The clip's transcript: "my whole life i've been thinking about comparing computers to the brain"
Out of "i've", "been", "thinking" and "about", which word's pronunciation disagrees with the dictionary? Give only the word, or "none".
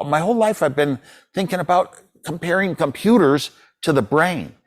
none